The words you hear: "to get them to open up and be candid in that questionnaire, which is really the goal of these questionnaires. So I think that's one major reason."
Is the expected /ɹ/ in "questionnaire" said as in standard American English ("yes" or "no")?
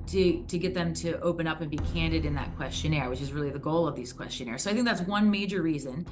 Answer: yes